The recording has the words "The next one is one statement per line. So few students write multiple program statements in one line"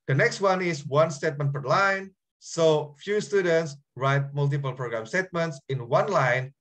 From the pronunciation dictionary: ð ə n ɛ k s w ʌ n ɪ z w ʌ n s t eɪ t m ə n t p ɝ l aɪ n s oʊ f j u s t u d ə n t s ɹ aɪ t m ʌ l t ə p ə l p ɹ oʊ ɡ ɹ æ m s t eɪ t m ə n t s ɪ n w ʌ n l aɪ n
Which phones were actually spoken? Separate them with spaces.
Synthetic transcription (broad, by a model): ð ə n ɛ k s w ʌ n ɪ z w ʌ n s t eɪ t m ə n t f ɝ l aɪ n s oʊ f j u s t u d ə n t s ɹ aɪ t m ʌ l t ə p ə l p ɹ oʊ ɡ ɹ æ m s t eɪ t m ə n t s ɪ n w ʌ n l aɪ n